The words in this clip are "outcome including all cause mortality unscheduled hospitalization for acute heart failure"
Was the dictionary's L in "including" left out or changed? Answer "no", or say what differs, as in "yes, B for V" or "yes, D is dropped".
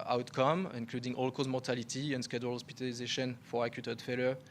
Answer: no